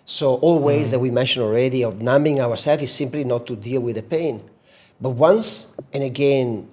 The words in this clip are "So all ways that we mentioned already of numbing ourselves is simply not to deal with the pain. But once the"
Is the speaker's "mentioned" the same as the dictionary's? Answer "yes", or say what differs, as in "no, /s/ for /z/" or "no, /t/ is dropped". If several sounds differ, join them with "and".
no, /d/ is dropped